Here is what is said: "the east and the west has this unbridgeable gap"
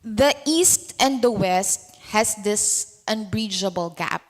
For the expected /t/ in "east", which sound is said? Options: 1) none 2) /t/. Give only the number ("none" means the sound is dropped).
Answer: 2